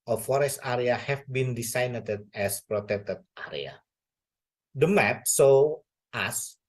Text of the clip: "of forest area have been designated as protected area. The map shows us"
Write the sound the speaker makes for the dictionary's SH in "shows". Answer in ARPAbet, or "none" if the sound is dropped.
S